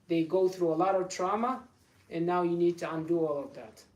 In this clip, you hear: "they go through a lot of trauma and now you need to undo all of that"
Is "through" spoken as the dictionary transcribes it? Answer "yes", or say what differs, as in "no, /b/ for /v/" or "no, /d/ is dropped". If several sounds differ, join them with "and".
yes